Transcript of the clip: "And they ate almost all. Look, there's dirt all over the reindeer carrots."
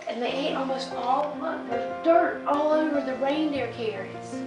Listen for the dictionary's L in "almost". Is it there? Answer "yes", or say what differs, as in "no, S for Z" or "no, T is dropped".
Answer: yes